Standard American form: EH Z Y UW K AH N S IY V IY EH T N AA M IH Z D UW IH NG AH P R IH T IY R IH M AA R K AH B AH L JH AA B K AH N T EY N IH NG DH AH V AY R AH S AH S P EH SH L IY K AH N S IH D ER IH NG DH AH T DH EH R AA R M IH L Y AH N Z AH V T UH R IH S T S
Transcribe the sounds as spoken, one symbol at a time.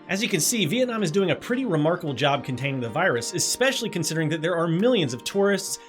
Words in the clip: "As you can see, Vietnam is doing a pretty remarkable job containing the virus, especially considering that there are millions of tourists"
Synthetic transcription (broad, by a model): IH Z Y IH K AH N S IY V IY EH T N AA M IH Z D UW IH NG AH P R IH T IY R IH M AA R K AH B L JH AA B K AH N T EY N IH NG DH AH V AY R AH S AH S P EH SH L IY K AH N S IH D ER IH NG DH AH T DH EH R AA R M IH L Y AH N Z AH V T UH R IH S T S